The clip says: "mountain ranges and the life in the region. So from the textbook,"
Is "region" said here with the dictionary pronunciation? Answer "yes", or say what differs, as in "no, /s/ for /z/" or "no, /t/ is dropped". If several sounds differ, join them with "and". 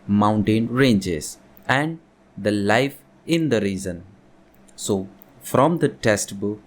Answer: no, /z/ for /dʒ/